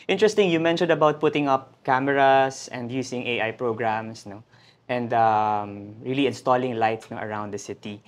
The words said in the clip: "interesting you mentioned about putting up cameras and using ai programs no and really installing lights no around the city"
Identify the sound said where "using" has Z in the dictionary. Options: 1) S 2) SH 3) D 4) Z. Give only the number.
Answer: 1